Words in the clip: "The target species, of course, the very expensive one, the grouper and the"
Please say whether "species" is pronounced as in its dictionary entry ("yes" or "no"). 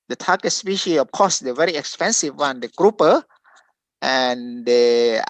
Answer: no